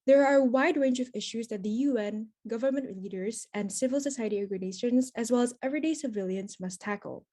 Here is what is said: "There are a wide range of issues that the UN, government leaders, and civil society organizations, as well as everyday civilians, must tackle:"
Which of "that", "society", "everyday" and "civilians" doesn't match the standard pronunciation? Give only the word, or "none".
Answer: none